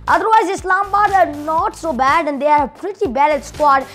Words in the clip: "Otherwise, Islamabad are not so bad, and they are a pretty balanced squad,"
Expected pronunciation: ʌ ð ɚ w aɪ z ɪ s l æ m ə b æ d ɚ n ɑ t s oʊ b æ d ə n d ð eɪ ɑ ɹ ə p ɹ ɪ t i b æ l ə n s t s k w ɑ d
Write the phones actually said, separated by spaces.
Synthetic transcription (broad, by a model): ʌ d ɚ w aɪ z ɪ s l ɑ m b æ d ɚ n ɑ t s oʊ b æ d ə n d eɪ ɑ ɹ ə p ɹ ɪ t i b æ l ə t s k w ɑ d